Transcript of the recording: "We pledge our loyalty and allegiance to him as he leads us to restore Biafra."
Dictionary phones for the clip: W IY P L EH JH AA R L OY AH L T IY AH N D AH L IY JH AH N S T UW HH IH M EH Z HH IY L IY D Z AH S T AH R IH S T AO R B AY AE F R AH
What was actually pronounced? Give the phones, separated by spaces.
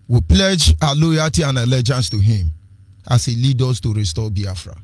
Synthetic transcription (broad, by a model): W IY P L EH JH AA L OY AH T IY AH N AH L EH JH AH N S T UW HH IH M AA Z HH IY L IY D AO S T AH R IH S T AO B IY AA F R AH